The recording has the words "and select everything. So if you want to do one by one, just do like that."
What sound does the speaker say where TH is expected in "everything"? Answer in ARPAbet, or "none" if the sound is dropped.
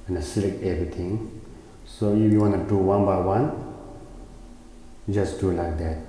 T